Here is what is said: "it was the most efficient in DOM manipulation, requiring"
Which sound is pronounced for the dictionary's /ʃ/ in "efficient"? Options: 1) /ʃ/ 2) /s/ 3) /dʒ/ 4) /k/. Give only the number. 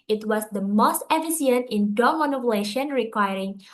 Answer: 2